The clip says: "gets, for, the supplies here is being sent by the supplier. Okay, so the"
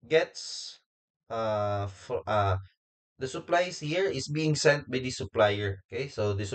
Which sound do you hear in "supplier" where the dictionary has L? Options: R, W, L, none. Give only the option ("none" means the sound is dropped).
L